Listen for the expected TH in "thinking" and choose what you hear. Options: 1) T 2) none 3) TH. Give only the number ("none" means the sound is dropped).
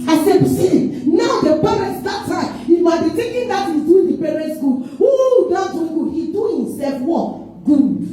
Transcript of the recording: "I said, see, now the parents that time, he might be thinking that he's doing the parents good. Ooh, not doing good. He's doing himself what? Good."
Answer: 1